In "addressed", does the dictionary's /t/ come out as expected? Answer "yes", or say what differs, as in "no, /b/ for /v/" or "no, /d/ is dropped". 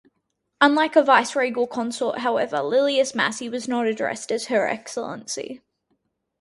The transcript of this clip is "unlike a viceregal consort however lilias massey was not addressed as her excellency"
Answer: yes